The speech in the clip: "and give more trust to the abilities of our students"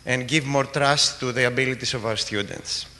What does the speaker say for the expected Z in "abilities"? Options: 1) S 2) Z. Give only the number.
1